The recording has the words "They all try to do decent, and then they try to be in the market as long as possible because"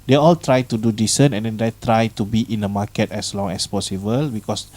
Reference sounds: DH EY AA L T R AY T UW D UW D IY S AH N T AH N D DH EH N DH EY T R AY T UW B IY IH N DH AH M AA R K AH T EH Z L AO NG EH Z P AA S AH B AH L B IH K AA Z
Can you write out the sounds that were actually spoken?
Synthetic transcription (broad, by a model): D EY AA L T R AY T UW D UW D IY S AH N AH N D EH N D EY T R AY T UW B IY IH N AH M AA K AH T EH S L AO NG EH S P AA S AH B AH L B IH K AA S